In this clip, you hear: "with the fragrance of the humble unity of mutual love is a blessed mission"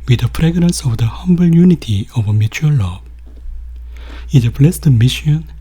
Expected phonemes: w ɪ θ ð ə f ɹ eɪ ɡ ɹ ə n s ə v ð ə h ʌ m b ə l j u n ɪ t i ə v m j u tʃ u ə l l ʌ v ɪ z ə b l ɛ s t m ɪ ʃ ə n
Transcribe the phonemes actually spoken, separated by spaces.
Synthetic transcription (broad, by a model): w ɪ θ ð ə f ɹ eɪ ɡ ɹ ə n s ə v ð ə h ʌ m b ə l j u n ɪ t i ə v m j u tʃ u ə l l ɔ ɪ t ə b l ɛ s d m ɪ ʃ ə n